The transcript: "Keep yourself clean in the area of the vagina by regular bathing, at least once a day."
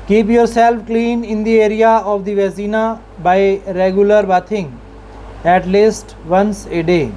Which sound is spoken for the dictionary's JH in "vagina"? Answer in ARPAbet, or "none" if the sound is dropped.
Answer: Z